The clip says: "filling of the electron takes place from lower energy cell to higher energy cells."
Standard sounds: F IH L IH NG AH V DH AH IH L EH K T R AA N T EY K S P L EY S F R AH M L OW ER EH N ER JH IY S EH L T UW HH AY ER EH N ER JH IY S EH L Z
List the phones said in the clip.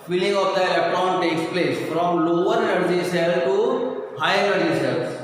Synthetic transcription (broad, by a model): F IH L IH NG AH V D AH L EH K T AA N T EY K S P L EY S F R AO M L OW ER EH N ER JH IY S EH L T UW HH AY ER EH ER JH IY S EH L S